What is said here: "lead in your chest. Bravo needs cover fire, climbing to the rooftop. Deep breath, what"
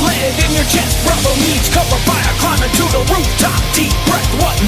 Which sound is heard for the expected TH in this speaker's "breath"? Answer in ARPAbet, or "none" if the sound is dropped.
T